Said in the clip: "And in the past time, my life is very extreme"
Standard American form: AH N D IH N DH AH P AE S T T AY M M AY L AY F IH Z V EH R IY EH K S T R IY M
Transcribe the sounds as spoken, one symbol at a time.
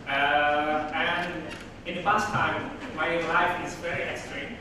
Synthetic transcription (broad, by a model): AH N IH N DH AH F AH S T T AY M M AY L AY F IH Z V EH R IY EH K S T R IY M